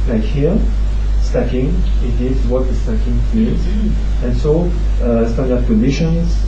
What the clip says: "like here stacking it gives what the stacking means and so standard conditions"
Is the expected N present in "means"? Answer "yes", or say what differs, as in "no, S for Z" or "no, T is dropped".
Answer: no, N is dropped